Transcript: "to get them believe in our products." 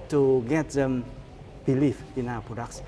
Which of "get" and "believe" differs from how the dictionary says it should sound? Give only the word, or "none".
believe